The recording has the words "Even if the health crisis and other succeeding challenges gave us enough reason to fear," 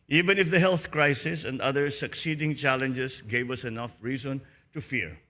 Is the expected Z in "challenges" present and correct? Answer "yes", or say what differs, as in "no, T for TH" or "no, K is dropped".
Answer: no, S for Z